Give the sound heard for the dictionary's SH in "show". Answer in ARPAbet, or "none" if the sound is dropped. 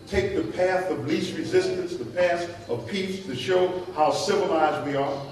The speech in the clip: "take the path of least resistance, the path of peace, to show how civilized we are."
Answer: SH